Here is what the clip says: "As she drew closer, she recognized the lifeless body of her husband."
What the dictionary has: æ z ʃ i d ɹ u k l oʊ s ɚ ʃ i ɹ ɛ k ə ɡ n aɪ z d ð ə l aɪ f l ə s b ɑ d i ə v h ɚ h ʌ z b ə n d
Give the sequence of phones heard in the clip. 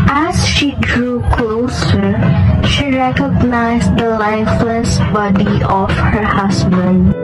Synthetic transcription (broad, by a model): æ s ʃ i d ɹ u k l oʊ s ɚ ʃ i ɹ ɛ k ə ɡ n aɪ s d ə l aɪ f l ə s b ɑ d i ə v h ɚ h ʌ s b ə n d